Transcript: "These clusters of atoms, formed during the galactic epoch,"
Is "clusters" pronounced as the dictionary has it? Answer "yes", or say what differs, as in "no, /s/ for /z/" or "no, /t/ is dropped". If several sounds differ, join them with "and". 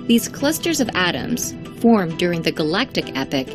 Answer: yes